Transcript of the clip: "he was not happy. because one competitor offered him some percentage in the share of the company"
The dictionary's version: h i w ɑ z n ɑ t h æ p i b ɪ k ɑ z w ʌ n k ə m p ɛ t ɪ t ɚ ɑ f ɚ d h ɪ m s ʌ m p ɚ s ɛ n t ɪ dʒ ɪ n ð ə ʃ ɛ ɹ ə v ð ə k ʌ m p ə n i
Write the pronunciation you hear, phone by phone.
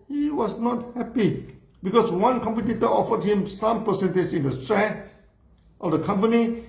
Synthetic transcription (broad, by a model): h i w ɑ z n ɑ t h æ p i b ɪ k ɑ s w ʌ n k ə m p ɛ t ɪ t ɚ ɑ f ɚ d h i m s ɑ m p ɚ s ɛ n t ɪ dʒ ɪ n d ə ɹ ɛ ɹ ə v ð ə k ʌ m p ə n i